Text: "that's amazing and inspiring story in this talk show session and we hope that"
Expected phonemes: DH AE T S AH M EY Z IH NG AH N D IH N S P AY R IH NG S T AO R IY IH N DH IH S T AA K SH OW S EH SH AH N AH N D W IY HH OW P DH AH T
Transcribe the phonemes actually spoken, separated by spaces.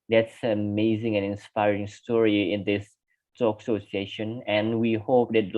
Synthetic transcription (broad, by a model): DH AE T S AH M EY Z IH NG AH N IH N S P AY R IH NG S T AO R IY IH N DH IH S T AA K S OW S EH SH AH N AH N W IY HH OW P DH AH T